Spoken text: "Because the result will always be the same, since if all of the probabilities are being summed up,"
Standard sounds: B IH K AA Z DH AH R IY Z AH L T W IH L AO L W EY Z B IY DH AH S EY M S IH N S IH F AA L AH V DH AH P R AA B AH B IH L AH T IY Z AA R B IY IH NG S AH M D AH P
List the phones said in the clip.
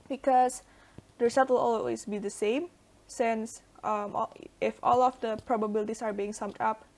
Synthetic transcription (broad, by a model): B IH K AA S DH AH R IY S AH T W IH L AO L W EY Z B IY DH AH S EY M S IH N S IH F AA L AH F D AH P R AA B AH B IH L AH T IY S AA R B IY IH NG S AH M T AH P